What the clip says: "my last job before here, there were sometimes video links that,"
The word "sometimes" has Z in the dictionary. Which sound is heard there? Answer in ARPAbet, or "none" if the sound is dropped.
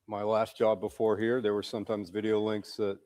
Z